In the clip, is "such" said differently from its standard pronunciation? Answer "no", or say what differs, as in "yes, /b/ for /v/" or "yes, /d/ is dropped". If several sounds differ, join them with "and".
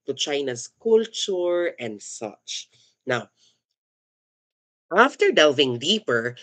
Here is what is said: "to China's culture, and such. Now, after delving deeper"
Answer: no